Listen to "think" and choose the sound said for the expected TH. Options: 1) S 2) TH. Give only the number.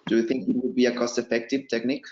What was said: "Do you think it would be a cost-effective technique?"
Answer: 2